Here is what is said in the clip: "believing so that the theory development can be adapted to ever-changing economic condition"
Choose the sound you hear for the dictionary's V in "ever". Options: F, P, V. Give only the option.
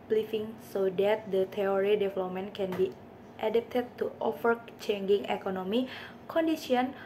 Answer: F